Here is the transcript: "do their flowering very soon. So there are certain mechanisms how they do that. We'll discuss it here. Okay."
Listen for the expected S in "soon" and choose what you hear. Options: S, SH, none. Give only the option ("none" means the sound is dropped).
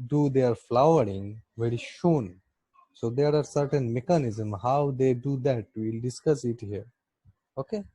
SH